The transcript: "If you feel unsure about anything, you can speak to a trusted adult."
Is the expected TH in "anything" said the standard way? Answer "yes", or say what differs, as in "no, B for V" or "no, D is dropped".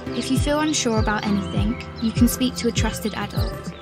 yes